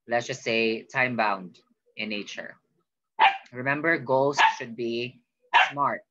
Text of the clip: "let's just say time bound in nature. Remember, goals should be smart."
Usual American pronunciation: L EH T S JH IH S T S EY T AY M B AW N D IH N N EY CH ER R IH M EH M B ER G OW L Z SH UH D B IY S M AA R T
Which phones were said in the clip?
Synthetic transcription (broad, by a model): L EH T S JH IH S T S EY T AY M B AW N D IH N N EY CH ER R IH M EH M B ER G OW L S SH UH D B IY S M AA R T